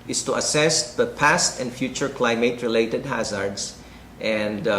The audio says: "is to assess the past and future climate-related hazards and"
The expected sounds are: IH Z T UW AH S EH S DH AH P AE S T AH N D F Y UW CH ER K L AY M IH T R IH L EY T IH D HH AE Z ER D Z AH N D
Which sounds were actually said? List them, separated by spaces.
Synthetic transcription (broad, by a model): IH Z T UW AH S EH S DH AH P AE S T AH N D F Y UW CH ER K L AY M IH T R IH L EY T IH D HH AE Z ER D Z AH N D